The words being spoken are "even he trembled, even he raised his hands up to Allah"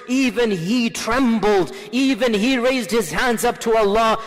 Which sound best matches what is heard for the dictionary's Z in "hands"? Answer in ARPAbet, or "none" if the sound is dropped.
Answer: Z